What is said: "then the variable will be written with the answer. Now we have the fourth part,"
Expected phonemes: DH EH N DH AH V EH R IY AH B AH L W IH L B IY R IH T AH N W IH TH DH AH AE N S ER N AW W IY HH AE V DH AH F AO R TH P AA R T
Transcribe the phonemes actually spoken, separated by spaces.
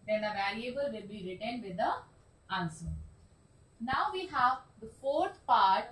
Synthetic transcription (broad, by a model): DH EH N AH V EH L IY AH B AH L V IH L B IY R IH T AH N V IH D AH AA N S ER N AW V IY HH AE V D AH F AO R T P AA R T